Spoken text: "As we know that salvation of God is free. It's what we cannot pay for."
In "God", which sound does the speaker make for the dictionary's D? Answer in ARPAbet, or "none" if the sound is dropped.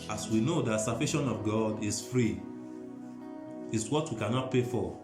D